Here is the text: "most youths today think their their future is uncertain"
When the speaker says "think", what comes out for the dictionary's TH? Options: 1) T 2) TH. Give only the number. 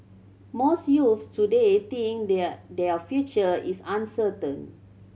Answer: 1